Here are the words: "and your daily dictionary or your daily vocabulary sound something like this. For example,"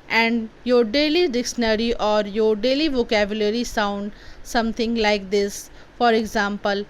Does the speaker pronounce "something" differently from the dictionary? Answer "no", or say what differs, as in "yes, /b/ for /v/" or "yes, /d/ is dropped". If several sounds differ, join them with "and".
yes, /t/ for /θ/